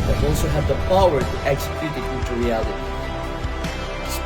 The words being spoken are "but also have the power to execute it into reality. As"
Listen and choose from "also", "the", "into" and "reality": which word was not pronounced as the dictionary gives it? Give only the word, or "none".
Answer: into